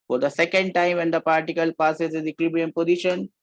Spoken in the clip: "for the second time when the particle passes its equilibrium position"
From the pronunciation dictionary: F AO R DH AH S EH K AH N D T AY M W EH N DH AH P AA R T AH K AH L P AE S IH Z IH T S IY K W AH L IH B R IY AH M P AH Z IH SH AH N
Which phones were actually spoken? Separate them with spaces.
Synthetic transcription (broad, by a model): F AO R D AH S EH K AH N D T AY M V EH N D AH P AA R T AH K AH L P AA S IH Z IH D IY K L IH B IY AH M P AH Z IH SH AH N